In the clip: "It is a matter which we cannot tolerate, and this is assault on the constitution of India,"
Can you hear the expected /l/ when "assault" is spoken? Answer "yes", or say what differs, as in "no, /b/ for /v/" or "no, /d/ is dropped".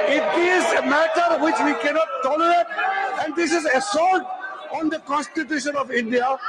no, /l/ is dropped